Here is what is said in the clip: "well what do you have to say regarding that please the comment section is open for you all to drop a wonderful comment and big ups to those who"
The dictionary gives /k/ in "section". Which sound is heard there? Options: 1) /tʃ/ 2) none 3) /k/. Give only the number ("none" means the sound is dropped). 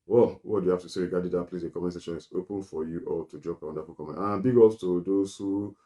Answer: 2